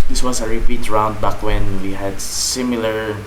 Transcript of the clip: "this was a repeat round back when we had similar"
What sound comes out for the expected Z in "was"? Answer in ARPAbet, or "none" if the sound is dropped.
S